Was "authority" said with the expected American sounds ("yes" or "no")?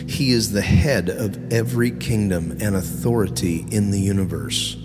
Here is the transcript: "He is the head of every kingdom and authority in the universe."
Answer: yes